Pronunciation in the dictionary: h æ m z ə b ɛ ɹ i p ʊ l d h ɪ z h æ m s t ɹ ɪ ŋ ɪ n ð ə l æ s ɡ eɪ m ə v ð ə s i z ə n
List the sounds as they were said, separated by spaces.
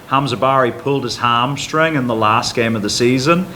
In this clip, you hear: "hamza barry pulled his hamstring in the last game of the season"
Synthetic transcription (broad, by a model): h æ m z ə b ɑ ɹ i p ʊ l d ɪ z h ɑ m s t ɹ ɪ ŋ ɪ n ð ə l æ s ɡ eɪ m ə v ð ə s i z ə n